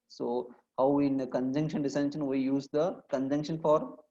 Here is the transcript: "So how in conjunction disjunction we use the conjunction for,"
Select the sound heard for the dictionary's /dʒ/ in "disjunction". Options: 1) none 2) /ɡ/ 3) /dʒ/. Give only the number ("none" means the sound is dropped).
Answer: 1